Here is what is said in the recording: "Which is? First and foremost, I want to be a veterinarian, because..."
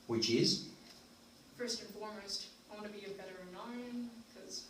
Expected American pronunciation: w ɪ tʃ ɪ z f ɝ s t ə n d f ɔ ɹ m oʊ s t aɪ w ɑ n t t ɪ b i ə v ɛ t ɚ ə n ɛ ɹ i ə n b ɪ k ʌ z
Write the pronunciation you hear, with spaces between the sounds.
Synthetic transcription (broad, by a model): w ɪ tʃ ɪ z f ɝ s t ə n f ɔ ɹ m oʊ s t aɪ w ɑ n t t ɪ b i ə b ɛ t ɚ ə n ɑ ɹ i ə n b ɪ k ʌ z